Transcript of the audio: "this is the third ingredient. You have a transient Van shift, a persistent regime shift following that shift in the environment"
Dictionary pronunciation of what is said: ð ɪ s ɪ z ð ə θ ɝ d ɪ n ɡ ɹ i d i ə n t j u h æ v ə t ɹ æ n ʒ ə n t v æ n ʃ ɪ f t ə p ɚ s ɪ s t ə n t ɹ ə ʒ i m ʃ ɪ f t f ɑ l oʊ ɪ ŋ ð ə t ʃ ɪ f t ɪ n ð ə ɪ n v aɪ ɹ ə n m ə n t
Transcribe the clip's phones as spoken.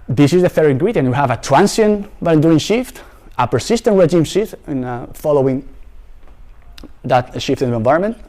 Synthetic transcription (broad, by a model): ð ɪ s ɪ z ð ə f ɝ ɪ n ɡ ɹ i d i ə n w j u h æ v ə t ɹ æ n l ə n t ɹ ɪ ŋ ʃ ɪ f t ə p ɚ s ɪ s t ə n t ɹ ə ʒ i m ʃ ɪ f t f ɑ l oʊ ɪ ŋ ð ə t ʃ ɪ f t ɪ n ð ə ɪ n v aɪ ɹ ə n m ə n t